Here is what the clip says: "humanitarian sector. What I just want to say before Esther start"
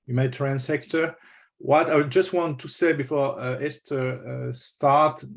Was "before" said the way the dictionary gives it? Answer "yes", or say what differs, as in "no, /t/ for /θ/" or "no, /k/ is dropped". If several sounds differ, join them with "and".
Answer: yes